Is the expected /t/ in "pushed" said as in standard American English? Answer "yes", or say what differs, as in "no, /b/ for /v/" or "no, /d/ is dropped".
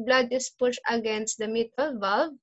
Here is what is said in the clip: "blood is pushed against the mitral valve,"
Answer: no, /t/ is dropped